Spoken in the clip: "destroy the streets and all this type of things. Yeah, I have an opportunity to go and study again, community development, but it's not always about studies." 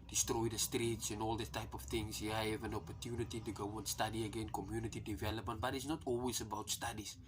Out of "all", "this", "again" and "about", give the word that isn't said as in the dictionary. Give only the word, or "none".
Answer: this